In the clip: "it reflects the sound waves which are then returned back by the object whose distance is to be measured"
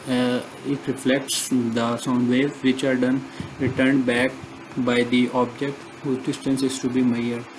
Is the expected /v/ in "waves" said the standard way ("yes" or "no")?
no